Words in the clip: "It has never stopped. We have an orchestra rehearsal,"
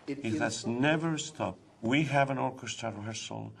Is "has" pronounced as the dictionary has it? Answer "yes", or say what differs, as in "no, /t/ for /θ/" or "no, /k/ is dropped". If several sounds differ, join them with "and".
no, /s/ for /z/